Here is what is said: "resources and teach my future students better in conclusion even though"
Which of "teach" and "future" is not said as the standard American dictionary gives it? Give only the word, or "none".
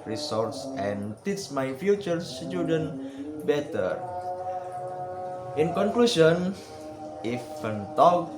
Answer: teach